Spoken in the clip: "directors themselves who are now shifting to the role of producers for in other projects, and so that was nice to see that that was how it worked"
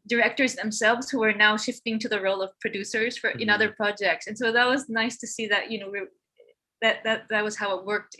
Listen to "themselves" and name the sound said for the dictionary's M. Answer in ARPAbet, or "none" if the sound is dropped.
M